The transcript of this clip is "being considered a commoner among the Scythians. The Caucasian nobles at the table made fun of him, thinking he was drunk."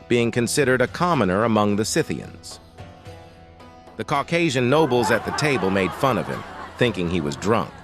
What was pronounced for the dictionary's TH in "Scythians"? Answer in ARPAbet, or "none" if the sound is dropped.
TH